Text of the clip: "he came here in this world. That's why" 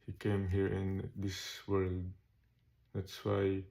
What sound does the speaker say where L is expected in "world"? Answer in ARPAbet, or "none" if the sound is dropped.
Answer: L